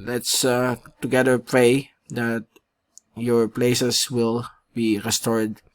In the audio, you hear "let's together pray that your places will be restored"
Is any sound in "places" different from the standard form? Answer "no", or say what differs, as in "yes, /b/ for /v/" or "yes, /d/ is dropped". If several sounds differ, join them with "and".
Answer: yes, /s/ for /z/